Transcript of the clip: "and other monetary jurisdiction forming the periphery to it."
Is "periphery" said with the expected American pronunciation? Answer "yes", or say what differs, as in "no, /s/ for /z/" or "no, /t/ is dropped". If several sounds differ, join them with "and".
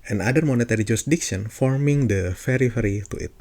no, /f/ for /p/